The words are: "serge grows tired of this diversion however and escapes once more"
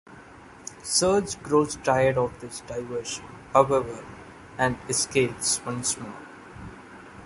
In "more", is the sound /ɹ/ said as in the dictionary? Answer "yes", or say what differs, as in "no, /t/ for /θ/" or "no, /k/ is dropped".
no, /l/ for /ɹ/